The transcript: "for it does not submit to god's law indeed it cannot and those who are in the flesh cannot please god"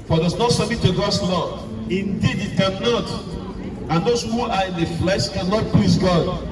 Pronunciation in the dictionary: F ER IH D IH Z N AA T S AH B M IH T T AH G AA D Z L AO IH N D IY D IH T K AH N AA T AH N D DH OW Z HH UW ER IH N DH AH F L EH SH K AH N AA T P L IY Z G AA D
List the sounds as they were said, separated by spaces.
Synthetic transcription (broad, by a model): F IH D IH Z N AA T S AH M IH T T AH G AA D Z L AO IH N D IY D IH T K AH N AA T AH N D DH OW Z HH UW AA IH N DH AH F L EH SH K AH N AA T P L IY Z G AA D